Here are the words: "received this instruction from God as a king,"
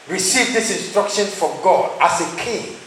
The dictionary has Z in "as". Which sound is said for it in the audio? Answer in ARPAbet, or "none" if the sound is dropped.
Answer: S